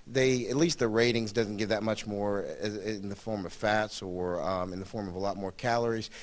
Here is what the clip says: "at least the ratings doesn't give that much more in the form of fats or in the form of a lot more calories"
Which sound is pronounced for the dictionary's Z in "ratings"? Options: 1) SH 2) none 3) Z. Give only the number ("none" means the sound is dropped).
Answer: 3